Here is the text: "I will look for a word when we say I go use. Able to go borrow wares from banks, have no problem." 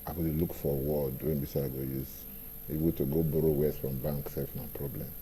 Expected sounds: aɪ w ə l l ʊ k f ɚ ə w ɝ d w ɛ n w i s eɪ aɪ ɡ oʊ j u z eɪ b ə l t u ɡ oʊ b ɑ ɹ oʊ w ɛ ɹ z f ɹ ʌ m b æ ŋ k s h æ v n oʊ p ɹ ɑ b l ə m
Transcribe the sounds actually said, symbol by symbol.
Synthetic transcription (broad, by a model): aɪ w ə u l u k f ə w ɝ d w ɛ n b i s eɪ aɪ ɡ oʊ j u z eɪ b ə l t u ɡ oʊ b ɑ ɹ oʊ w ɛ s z f ɹ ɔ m b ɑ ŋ k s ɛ f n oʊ p ɹ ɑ b l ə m